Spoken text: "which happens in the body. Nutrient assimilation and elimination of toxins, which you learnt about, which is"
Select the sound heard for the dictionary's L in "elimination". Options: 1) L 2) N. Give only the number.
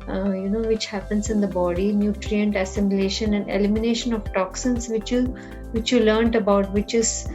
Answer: 1